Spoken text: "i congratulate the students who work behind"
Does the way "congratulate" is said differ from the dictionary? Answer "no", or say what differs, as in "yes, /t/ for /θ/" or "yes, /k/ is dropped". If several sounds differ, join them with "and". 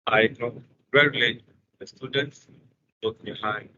yes, /n/ is dropped